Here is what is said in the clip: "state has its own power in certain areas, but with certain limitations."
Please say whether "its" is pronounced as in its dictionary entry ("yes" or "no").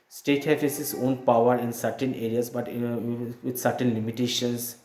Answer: no